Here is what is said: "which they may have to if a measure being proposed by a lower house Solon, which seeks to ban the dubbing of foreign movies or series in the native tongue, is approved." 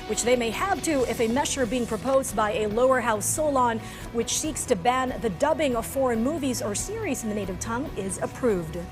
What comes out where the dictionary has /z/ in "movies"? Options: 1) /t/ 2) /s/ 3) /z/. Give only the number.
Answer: 3